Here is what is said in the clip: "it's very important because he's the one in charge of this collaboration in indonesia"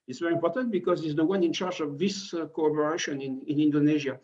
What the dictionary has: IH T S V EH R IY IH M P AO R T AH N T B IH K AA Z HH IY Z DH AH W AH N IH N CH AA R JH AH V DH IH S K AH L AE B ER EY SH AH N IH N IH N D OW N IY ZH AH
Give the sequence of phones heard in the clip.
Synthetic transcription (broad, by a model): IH T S V EH R IY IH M P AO R T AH N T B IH K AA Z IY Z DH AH W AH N IH N CH AA R JH AH V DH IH S K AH AO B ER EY SH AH N IH N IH N D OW N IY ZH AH